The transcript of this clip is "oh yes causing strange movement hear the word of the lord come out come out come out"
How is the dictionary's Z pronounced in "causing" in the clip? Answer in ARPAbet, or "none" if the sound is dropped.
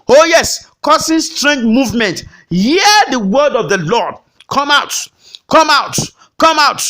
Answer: S